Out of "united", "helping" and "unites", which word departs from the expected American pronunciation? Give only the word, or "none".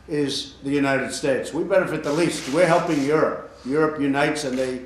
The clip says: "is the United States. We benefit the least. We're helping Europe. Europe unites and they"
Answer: none